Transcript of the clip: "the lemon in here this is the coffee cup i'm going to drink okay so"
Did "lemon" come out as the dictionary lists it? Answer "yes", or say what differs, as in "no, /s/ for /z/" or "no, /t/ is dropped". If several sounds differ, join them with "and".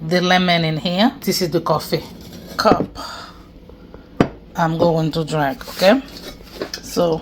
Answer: yes